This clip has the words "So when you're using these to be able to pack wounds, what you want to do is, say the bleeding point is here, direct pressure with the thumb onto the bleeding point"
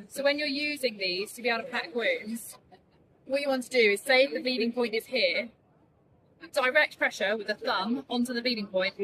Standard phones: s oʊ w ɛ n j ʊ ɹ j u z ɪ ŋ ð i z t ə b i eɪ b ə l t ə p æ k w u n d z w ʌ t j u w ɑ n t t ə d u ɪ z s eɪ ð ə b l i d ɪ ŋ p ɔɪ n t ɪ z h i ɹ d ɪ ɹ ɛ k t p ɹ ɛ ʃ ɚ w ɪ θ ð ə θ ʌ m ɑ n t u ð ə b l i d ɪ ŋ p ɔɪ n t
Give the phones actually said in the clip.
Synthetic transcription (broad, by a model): s oʊ w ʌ n j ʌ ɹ j u z ɪ ŋ ð i z t ə b i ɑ ə t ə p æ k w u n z w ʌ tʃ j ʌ w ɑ n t t ə d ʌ ɪ z s eɪ ð ə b i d ɪ ŋ p ɔɪ n t ɪ z h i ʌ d ɪ ɹ ɛ k t p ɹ ɛ ʃ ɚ w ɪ ð ə θ ʌ m ɑ n t u ð ə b i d ɪ ŋ p ɔɪ n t